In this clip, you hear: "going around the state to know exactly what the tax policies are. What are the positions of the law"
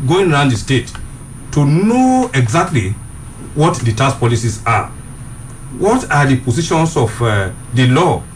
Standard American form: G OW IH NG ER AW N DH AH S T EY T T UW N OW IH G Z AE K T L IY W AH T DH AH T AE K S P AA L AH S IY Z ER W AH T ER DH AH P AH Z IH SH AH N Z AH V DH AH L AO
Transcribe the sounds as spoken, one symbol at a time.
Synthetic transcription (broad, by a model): G OW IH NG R AW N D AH S T EY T T UW N OW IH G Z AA K T L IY W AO T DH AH T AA S P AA L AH S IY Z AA W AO T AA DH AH P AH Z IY SH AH N S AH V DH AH L AO